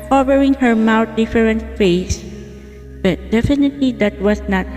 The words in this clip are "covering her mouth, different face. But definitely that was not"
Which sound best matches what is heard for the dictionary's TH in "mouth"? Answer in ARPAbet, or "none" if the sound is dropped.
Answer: T